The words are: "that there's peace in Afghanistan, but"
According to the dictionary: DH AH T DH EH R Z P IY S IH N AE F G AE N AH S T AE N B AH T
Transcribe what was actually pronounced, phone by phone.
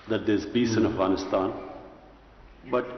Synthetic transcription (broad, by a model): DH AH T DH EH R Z B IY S IH N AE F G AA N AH S T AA N B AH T